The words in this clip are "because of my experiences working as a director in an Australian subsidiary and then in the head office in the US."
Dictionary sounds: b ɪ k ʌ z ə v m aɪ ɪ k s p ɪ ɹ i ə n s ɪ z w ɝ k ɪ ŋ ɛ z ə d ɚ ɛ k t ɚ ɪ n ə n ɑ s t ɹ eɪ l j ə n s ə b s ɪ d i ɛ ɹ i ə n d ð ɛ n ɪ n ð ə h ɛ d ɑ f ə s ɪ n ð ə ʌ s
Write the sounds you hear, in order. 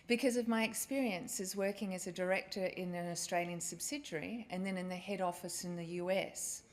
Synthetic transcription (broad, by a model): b ɪ k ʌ z ə v m aɪ ɪ k s p ɪ ɹ i ə n s ɪ z w ɝ k ɪ ŋ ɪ z ə d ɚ ɛ k t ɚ ɪ n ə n ɑ s t ɹ eɪ l j ə n s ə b s ɪ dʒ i ɹ i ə n ð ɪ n ɪ n ð ə h ɛ d ɑ f ə s ɪ n ð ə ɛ s